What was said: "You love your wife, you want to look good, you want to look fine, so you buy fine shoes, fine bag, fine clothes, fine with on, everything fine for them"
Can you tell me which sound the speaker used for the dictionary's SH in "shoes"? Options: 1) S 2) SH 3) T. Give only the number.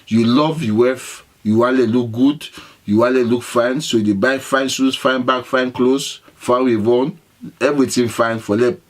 1